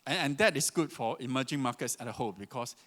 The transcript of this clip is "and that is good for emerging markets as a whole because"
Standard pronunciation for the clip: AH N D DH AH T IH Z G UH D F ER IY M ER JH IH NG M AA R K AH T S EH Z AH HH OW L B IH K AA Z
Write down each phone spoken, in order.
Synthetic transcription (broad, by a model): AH N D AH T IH S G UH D F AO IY M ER JH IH NG M AA K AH T S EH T AH HH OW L B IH K AA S